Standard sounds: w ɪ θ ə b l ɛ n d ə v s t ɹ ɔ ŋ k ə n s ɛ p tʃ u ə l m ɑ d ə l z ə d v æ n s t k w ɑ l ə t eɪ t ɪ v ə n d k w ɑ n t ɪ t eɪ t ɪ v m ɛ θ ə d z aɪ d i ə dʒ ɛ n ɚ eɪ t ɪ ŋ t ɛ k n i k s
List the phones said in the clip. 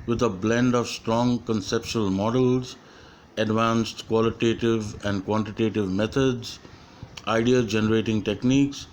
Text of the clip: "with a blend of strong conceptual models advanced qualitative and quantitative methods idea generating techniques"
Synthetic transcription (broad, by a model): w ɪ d ə b l ɛ n d ə v s t ɹ ɔ ŋ k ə n s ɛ p ʃ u ə l m ɑ d ə l z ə d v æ n s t k w ɑ l ə t eɪ t ɪ v ə n d k w ɑ n t ɪ t eɪ t ɪ v m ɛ t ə d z aɪ d i ə dʒ ɛ n ɚ eɪ t ɪ ŋ t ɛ k n i k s